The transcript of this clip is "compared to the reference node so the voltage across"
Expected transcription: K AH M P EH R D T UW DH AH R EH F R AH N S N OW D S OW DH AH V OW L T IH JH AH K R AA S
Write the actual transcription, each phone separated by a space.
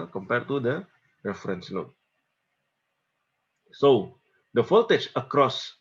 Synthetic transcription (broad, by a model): K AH M P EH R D T UW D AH R EH F R AH N S L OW S OW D AH F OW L T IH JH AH K R AA S